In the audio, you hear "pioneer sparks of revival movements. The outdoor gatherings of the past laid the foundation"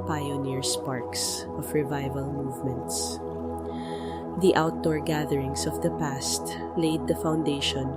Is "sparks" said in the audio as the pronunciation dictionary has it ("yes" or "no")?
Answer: yes